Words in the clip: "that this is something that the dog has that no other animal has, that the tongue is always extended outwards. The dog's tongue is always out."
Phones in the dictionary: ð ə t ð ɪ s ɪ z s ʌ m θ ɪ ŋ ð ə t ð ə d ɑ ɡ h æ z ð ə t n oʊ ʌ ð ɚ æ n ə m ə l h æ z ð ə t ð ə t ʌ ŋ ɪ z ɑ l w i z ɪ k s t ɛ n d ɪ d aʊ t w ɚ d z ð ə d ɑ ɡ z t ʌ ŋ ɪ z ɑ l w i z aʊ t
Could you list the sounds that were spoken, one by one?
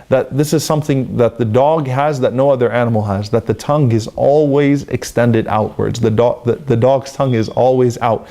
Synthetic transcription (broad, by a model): ð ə t ð ɪ s ɪ z s ʌ m θ ɪ ŋ ð ə t ð ə d ɑ ɡ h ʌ z ð ə t n oʊ ʌ ð ɚ æ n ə m l h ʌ z ð ə t ð ə t ʌ ŋ ɪ z ɑ l w i z ɪ k s t ɛ n d ɪ d aʊ t w ɚ d z ð ə d ɑ ɡ z t ʌ ŋ ɪ z ɑ l w i z aʊ t